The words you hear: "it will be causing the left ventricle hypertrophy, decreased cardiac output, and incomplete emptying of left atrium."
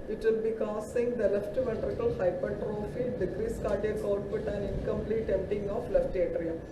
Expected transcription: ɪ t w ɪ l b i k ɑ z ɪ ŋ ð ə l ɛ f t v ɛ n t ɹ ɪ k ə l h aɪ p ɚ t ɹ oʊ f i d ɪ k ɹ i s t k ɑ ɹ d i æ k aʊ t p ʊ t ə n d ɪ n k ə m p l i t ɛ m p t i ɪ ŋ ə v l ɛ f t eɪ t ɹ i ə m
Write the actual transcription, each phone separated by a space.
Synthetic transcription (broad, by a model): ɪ t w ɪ l b i k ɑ s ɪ ŋ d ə l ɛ f t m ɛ t ɹ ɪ k ə l h aɪ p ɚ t ɹ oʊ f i d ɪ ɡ ɹ i s k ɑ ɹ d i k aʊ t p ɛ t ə n ɪ n k ə m p l i t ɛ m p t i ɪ ŋ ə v l ɛ f t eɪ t ɹ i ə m